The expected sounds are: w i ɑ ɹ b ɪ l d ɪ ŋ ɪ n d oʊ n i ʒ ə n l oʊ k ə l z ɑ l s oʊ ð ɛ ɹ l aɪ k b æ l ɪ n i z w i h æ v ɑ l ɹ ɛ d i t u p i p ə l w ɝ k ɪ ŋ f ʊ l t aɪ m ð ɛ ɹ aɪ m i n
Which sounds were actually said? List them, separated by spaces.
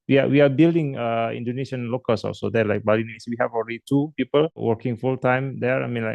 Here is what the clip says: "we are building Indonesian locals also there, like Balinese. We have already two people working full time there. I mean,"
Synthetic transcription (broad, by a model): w i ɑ w b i l d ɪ ŋ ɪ n d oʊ n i ʃ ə n l oʊ k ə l s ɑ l s oʊ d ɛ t l aɪ k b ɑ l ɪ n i s w i h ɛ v ɑ l ɹ ɛ d i t u p i p ə l w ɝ k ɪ ŋ f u l t aɪ m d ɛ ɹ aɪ m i n